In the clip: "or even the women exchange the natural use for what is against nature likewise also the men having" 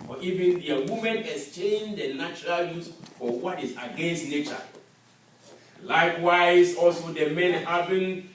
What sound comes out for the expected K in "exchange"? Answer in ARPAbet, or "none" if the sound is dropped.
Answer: none